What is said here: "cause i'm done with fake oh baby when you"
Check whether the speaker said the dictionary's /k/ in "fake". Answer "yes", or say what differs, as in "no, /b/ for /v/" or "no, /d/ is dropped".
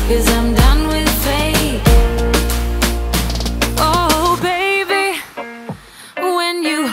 no, /k/ is dropped